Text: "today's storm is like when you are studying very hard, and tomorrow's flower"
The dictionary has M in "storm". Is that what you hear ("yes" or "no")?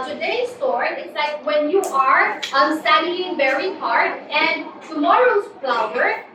no